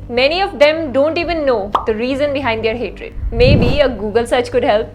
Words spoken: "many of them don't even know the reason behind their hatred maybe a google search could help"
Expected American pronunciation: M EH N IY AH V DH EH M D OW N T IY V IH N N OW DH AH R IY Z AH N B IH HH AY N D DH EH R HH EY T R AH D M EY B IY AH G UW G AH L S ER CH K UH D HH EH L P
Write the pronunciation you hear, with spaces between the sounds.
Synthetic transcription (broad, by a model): M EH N IY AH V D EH M D OW N T IY V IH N N OW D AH R IY Z AH N B IH HH AY N D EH R HH EY T R AH D M EY B IY AH G UW G AH L S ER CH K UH D HH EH L P